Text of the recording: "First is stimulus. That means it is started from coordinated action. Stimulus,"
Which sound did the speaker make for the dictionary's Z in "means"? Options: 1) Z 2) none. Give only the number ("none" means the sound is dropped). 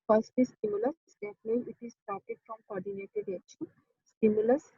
2